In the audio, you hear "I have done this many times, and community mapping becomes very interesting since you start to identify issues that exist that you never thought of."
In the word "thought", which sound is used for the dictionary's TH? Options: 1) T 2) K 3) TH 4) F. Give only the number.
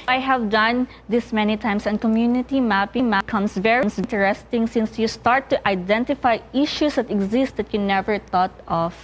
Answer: 1